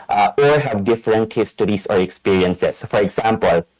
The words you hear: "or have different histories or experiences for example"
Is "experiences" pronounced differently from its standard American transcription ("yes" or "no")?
yes